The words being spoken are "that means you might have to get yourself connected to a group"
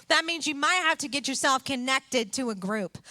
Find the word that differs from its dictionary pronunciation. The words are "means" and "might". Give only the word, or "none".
none